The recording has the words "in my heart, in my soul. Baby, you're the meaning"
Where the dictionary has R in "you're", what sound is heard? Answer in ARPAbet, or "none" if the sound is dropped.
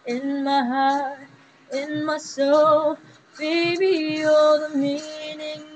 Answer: L